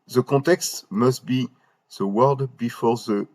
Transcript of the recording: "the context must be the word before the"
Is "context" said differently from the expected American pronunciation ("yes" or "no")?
yes